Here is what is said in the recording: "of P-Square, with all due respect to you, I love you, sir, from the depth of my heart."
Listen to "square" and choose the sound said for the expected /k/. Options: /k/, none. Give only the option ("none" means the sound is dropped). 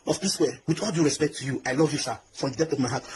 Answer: none